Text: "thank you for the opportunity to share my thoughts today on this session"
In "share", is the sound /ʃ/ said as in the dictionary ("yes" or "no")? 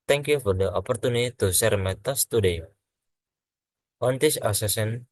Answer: no